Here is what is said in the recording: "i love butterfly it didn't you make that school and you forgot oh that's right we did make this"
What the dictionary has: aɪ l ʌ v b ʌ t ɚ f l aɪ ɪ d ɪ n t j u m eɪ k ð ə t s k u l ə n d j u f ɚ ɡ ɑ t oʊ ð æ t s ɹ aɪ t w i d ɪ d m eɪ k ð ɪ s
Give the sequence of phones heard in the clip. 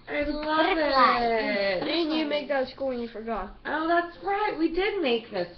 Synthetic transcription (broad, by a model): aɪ l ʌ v ɪ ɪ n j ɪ m eɪ k ð ə t s k u l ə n j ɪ f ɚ ɡ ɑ t oʊ ð æ t s ɹ aɪ t w i d ɪ d m eɪ k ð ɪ s